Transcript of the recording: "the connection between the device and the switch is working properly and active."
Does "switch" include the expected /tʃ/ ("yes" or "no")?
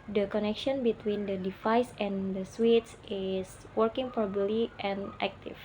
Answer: no